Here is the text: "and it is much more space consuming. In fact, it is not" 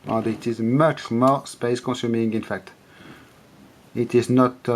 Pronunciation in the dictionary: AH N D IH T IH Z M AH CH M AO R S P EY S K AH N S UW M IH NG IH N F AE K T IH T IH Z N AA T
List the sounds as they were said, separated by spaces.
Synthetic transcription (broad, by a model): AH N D IH T IH Z M AH CH M AO R S P EY S K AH N S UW M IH NG IH N F AE K T IH T IH Z N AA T